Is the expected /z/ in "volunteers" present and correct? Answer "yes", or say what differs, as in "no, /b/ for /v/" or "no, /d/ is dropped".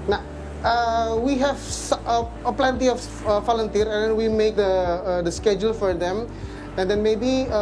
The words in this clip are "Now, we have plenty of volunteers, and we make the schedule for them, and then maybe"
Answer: no, /z/ is dropped